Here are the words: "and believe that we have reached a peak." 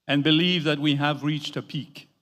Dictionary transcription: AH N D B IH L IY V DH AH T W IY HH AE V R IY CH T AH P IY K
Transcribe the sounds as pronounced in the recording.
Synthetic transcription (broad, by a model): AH N B IH L IY V DH AH T W IY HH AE V R IY CH T AH P IY K